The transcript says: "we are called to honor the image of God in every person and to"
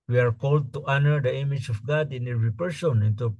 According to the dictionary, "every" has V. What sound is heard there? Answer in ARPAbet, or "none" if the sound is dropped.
none